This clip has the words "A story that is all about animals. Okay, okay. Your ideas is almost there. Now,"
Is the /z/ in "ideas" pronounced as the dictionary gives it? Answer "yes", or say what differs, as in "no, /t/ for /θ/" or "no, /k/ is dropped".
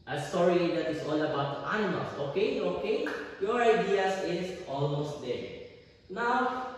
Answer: no, /s/ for /z/